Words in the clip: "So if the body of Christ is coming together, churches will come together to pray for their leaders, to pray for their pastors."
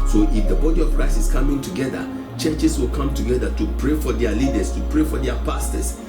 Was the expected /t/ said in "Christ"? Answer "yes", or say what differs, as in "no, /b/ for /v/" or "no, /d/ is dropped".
no, /t/ is dropped